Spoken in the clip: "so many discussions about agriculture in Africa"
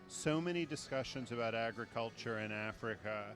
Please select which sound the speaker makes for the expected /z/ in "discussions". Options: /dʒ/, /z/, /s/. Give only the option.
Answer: /z/